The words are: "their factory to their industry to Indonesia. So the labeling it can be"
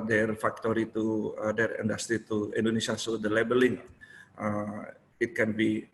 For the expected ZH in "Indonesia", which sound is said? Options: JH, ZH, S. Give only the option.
S